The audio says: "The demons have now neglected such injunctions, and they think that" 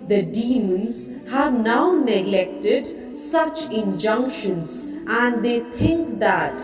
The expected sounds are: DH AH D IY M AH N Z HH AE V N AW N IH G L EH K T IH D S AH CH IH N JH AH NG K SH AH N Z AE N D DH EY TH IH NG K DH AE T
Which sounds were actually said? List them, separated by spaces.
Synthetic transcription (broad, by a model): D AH D IY M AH N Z HH AE V N AW N IH G L EH K T IH D S AH CH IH N JH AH NG K SH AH N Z AE N D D EY T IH NG K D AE T